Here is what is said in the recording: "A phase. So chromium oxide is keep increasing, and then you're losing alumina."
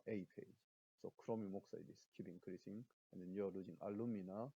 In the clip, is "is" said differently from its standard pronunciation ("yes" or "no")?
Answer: yes